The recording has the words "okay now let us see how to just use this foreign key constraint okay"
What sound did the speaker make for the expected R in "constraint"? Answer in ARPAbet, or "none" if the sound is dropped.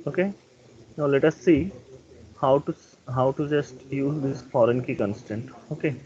none